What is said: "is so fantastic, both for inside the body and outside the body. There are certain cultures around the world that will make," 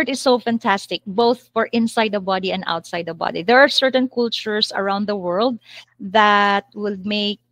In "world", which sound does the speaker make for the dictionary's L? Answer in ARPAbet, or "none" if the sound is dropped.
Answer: L